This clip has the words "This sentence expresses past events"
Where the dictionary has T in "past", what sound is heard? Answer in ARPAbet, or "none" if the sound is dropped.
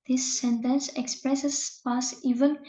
none